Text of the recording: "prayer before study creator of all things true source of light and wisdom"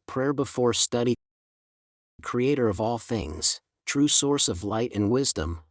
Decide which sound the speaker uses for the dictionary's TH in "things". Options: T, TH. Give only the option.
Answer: TH